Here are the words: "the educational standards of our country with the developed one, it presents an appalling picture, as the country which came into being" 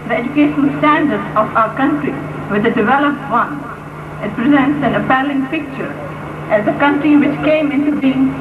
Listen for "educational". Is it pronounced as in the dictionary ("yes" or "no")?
no